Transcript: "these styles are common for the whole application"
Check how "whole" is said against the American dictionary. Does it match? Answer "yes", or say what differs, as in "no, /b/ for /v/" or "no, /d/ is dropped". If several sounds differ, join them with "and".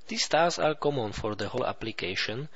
yes